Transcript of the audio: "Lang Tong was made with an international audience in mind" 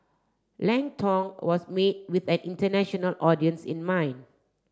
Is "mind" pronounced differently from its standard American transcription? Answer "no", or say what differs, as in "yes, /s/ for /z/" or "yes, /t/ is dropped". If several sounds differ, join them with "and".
yes, /d/ is dropped